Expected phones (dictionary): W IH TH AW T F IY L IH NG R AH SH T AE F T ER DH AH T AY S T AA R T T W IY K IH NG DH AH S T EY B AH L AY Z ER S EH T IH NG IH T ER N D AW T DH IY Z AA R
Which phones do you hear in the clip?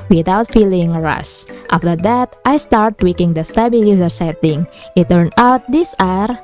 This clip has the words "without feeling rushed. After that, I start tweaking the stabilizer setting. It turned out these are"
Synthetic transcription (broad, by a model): W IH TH AW T F IY L IH NG R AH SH T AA F T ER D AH T AY S T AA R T T W IY K IH NG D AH S T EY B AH L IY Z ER S EH T IH NG IH T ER N AW T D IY S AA R